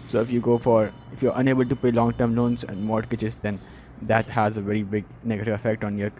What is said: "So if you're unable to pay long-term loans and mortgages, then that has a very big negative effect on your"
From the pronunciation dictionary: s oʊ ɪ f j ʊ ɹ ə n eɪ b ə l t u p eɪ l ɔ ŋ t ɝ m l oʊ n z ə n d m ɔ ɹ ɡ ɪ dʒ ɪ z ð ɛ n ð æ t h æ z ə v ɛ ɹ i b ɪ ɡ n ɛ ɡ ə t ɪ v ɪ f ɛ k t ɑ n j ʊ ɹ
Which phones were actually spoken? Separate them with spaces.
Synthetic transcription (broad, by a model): s oʊ ɪ f j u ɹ ə n eɪ b ə l t u p eɪ l ɔ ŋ t ɝ m l oʊ n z ə n d m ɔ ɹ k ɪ tʃ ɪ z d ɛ n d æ t h æ z ə v ɛ ɹ i b ɪ ɡ n ɛ ɡ ə t ɪ v ɪ f ɛ k t ɑ n j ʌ ɹ